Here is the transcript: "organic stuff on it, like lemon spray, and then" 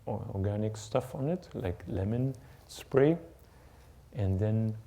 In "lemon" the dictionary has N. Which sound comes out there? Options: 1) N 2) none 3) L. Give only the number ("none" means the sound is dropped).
1